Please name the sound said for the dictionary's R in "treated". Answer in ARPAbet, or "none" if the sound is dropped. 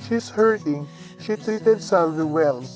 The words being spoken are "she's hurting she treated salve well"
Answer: R